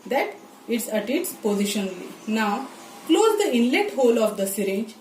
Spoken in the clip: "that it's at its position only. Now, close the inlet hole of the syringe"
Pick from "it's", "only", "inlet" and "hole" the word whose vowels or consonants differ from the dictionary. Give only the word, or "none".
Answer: only